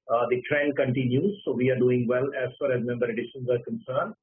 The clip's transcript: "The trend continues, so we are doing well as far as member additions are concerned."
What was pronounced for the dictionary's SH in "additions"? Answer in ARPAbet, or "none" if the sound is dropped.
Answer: SH